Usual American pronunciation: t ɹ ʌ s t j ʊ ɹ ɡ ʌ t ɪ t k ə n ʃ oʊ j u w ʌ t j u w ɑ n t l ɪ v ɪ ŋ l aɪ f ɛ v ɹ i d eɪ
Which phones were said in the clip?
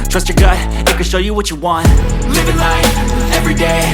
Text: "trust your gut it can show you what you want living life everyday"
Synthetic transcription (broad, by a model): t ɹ ʌ s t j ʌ ɹ ɡ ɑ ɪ ɪ t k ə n ʃ oʊ j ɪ w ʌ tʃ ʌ w ɑ n t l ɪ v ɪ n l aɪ ɛ v ɹ i d eɪ